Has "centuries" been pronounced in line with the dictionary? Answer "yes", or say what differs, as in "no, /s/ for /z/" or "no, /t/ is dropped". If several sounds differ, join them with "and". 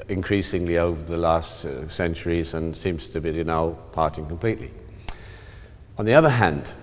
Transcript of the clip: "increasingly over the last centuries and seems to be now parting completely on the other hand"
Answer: yes